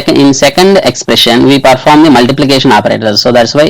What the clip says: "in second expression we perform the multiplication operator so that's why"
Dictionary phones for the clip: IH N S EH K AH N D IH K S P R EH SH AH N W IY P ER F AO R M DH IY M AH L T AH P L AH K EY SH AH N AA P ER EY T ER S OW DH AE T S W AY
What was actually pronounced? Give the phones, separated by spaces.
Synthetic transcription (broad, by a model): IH N S EH K AH N D IH K S P R EH SH AH N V IY P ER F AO R M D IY M AH L T AH P L AH K EY SH AH N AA P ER EY T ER S OW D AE T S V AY